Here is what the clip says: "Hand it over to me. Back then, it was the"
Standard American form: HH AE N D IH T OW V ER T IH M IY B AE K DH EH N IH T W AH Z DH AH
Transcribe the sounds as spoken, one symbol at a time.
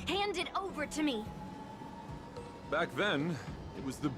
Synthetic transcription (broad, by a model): HH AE N D IH T OW V ER T IH M IY B AE K DH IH N IH T W AH Z DH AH